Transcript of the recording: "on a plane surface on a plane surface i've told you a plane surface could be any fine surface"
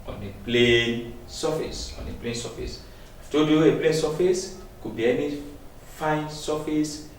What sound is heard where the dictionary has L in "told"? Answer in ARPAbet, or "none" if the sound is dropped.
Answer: none